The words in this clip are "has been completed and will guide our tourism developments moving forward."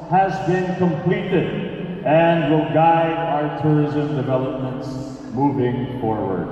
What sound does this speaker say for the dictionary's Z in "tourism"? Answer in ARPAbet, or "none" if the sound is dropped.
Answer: Z